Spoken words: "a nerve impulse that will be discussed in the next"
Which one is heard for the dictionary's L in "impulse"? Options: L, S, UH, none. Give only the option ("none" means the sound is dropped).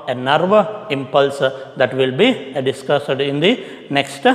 L